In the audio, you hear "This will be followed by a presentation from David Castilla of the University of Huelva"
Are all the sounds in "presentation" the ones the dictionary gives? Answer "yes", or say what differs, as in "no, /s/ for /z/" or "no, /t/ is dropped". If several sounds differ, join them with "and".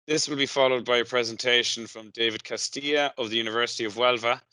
yes